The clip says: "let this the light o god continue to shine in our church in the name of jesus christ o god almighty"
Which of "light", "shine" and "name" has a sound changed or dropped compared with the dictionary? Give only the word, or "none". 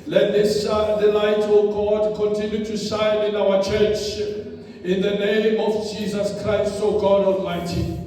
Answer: shine